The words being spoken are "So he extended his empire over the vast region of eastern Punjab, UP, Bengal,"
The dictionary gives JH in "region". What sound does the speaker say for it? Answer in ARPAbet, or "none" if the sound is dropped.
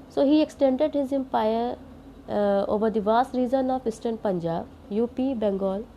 Z